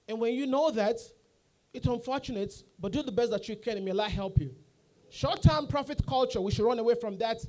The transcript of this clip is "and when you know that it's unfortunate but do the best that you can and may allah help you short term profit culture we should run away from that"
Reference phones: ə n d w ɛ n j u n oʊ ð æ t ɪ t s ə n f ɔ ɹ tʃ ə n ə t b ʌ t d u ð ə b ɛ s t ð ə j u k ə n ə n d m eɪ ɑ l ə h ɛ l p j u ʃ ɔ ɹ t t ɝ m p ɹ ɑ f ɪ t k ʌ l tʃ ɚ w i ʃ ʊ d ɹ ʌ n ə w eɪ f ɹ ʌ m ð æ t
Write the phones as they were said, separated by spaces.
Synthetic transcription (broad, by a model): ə n w ɛ n j u n oʊ ð æ t ɪ t s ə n f ɔ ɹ tʃ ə n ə t b ʌ t d u ð ə b ɛ s t ð ə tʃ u k ə n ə m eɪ ɑ ə h ɛ l p j u ʃ ɔ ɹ t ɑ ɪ m p ɹ ɑ f ɪ t k ʌ l tʃ ɚ w i ʃ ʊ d ɹ ʌ n ə w eɪ f ɹ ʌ m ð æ t